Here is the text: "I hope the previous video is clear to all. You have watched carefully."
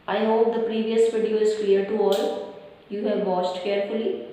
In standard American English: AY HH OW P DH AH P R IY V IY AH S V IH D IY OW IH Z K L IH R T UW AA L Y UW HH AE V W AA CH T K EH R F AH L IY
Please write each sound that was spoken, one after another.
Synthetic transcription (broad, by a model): AY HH OW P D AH P R IY V IY AH S V IH D IY OW IH Z K L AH R T UW AA L Y UW HH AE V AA S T K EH R F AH L IY